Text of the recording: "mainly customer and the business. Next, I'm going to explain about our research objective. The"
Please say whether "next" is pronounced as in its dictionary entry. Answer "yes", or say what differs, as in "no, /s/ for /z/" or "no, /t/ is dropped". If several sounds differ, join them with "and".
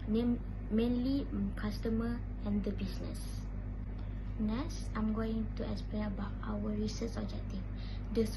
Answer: no, /k/ is dropped